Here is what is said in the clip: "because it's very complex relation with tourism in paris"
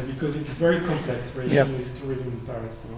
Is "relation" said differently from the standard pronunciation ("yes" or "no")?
yes